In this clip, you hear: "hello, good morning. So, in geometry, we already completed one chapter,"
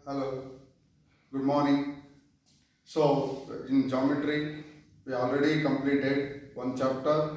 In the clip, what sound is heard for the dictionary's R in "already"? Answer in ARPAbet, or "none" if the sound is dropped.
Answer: R